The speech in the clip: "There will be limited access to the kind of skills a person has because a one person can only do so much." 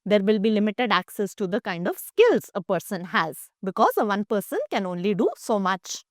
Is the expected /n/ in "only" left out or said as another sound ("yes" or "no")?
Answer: no